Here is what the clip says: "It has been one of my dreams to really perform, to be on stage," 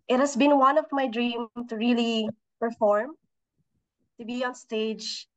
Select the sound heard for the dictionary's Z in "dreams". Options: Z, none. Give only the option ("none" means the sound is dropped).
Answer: none